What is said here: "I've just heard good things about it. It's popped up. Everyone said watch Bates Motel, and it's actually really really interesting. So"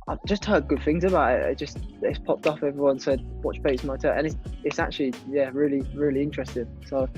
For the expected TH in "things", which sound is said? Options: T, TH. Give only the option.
TH